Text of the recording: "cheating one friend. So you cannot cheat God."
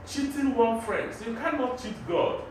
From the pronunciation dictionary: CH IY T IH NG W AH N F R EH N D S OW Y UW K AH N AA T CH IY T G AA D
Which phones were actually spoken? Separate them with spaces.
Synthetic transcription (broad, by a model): CH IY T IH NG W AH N F R EH N D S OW Y UW K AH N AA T CH IY T G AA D